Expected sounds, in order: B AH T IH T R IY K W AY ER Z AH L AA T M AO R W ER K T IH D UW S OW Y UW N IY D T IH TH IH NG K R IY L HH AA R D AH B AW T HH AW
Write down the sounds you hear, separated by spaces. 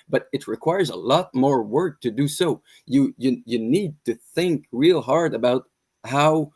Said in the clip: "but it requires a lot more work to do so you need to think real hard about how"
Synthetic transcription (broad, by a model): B AH T IH T R IY K W AY ER Z AH L AA T M AO R W ER K T IH D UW S OW Y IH N IY D T IH TH IH NG K R IY L HH AA R D AH B AW T HH AW